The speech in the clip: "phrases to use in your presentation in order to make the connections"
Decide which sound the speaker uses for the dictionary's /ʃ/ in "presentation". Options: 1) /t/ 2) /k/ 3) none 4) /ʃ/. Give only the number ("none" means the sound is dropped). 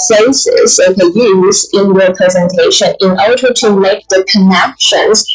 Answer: 4